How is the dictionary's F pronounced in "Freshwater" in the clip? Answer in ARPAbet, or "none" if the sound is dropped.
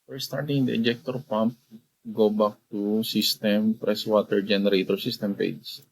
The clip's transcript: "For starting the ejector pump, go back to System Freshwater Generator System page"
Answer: P